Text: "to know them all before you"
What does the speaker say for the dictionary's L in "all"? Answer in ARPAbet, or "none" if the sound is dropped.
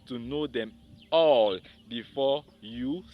L